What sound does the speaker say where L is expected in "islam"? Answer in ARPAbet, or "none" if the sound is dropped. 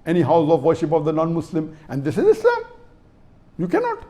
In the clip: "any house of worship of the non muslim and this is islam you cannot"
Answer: none